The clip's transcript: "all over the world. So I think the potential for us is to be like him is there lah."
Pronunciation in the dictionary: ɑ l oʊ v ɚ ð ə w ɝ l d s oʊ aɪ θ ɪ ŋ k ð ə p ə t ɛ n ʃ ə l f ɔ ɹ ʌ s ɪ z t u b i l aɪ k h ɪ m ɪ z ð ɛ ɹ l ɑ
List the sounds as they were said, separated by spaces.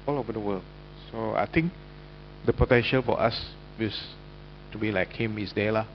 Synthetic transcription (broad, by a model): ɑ l oʊ v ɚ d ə w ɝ l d s oʊ aɪ t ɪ ŋ k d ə p ə t ɛ n ʃ ə l f ɔ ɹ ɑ s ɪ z t u b i l aɪ k h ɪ m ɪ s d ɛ l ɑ